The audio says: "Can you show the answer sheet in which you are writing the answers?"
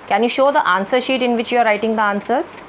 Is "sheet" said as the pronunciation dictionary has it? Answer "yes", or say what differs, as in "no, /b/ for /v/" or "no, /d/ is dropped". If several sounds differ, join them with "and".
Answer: yes